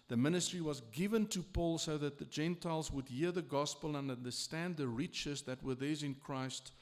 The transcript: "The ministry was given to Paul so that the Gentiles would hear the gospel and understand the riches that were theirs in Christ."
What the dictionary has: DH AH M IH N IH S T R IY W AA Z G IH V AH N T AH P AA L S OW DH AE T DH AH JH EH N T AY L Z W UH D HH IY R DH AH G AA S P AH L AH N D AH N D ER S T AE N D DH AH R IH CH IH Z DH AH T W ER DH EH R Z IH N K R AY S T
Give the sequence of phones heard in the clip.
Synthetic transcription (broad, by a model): DH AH M IH N IH S T R IY W AA Z G IH V AH N T AH P AA L S OW DH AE T DH AH JH EH N T AY L Z W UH D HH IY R DH AH G AA S P AH L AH N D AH N D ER S T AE N D DH AH R IH CH IH Z DH AH T W ER DH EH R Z IH N K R AY S T